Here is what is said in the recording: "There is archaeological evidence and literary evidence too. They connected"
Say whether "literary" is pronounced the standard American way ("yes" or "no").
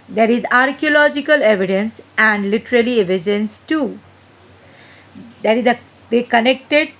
no